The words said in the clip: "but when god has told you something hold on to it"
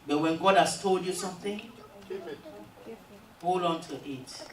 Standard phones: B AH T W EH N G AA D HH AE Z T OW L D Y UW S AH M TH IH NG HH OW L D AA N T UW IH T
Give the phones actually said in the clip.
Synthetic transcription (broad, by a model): B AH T W EH N G AA D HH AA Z T OW L D Y UW S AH M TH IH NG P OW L AA N T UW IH T